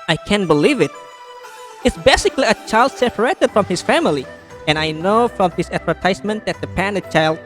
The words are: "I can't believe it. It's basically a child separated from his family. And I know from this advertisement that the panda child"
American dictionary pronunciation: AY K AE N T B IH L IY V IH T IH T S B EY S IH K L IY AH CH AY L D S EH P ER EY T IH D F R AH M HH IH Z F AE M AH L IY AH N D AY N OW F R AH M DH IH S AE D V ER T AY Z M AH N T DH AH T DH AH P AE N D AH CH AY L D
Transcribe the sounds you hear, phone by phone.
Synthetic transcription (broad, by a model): AY K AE N B IH L IY V IH T IH T S B EY S IH K L IY AH CH AY L D S EH P ER EY T IH D F R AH M HH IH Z F AE M AH L IY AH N AY N OW F R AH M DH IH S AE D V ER T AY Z M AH N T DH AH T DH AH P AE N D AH CH AY L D